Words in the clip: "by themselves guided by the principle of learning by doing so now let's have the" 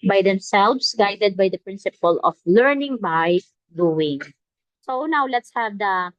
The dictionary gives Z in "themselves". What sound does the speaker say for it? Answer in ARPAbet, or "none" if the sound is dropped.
S